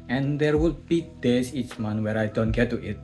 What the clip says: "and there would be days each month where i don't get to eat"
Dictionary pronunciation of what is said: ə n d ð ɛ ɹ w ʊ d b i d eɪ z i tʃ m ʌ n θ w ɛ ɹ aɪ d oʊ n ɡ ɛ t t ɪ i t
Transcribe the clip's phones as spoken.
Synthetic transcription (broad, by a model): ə n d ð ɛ ɹ w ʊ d b i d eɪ s i tʃ m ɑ n w ɛ ɹ aɪ d oʊ n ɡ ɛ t t ɪ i t